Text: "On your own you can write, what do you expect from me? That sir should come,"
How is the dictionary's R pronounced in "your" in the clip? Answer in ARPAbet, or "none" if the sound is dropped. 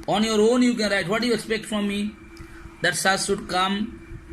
R